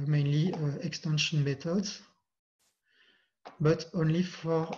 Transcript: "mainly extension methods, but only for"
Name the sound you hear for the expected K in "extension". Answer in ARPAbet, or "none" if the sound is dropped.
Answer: K